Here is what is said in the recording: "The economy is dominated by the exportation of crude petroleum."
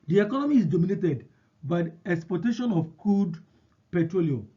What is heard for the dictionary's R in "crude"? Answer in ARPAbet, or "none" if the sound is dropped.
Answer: none